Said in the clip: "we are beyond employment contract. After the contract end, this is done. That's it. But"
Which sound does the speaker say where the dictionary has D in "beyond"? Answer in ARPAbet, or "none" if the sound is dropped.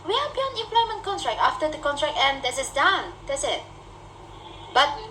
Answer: none